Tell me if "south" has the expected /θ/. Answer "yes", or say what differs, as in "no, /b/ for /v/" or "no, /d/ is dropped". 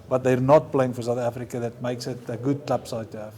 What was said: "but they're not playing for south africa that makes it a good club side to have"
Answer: yes